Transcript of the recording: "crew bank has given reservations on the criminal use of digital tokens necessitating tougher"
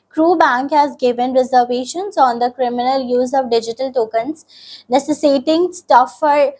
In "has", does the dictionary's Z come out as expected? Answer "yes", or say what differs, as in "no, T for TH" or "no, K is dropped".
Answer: yes